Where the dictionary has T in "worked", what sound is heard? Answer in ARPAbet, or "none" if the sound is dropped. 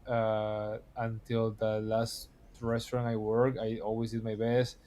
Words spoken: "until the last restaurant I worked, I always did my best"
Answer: none